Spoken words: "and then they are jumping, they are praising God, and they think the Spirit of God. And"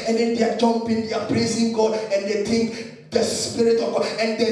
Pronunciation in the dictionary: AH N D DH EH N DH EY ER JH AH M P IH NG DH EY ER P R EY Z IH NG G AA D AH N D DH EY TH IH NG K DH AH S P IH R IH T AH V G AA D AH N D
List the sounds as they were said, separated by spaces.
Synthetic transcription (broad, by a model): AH N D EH N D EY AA JH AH M P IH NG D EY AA P R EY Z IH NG G AA D AH N D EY T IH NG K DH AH S P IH R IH T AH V G AA D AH N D